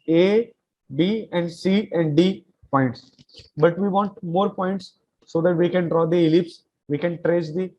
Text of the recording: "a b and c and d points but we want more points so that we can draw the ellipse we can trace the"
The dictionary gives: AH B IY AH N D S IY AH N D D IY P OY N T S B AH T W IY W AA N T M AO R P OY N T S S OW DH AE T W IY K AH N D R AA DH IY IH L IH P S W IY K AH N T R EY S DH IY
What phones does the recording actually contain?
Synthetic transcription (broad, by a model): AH B IY AH N D S IY AH N D D IY P OY N T S B AH T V IY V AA N T M AO R P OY N T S S OW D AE T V IY K AH N D R AA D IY IH L IH P S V IY K AH N T R EY S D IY